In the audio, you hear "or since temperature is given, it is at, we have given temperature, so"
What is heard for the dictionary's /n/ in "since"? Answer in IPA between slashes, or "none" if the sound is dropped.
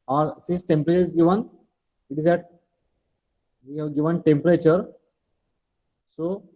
none